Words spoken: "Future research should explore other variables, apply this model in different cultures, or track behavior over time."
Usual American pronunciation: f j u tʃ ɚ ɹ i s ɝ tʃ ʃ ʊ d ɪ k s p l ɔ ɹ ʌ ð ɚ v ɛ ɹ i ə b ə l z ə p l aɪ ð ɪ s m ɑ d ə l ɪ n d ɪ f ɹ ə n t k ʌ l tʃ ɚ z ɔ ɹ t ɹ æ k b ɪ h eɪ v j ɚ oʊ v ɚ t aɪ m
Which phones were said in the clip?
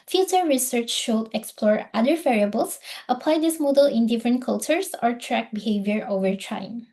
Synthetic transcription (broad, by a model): f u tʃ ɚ ɹ i s ɝ tʃ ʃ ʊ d ɪ k s p l ɔ ɹ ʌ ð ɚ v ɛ ɹ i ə b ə l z ə p l aɪ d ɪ s m ɑ d ə l ɪ n d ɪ f ɹ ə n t k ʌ l tʃ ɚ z ɔ ɹ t ɹ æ k b ɪ h eɪ v j ɚ oʊ v ɚ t aɪ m